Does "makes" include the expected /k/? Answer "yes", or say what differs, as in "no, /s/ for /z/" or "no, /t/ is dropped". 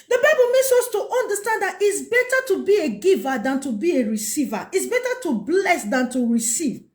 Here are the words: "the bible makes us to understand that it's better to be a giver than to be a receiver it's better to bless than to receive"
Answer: no, /k/ is dropped